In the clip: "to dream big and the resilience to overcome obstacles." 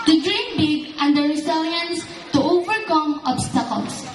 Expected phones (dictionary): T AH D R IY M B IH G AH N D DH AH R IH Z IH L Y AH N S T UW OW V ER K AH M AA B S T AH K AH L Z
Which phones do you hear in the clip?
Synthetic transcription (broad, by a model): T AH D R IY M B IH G AH N D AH R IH S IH L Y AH N S T UW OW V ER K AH M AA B S T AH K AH L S